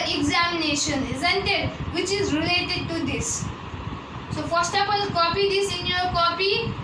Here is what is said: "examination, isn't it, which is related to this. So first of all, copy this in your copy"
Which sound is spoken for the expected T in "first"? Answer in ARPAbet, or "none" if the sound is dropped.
T